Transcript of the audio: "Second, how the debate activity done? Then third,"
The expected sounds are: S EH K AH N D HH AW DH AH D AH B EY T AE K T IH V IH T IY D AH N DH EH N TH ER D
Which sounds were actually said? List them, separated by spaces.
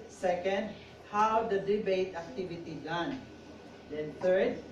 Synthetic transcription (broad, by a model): S EH K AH N D HH AW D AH D AH B EY T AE K T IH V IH T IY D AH N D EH N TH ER D